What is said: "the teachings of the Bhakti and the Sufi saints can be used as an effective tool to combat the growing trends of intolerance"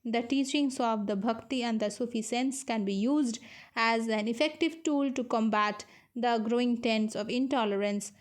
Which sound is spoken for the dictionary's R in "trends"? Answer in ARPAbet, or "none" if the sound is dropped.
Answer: none